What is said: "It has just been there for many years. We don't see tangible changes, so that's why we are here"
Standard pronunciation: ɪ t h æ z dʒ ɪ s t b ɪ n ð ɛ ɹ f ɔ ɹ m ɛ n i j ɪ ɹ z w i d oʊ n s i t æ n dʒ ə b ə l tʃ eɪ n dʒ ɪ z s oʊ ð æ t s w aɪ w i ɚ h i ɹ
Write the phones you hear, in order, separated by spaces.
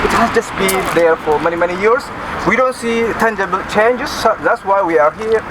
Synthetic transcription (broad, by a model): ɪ t h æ s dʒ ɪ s b ɪ n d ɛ ɹ f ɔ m m ɛ n i j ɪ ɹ s w i d oʊ n s i t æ n dʒ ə b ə l tʃ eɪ n dʒ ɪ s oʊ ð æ t s w aɪ w i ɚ h i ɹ